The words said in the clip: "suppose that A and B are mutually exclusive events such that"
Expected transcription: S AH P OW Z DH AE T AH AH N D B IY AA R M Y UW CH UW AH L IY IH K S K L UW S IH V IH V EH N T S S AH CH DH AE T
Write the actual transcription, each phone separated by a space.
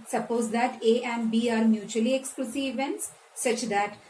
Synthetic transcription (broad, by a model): S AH P OW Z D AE T AH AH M B IY AA R M Y UW CH UW AH L IY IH K S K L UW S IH IH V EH N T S S AH CH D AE T